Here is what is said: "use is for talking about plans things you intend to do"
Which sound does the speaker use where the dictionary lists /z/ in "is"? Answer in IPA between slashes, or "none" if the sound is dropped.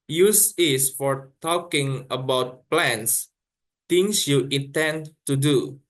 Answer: /s/